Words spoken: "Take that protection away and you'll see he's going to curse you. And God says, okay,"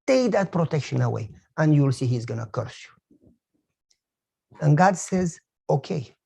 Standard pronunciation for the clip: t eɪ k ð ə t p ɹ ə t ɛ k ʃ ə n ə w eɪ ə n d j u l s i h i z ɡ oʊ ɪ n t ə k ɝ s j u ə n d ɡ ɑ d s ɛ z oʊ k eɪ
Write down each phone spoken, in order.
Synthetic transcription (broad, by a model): t eɪ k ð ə t p ɹ ə t ɛ k ʃ ə n ə w eɪ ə n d j u l s i h i z ɡ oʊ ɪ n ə k ɝ s j u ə n ɡ ɑ d s ɛ z oʊ k eɪ